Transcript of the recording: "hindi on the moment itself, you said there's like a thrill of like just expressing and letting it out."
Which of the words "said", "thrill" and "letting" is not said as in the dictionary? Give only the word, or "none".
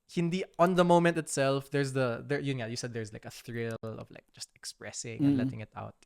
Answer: none